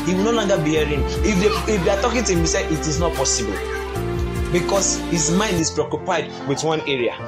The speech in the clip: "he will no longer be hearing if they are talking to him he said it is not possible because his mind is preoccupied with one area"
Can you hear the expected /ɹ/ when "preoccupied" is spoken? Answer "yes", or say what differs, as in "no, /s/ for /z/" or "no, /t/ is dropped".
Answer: yes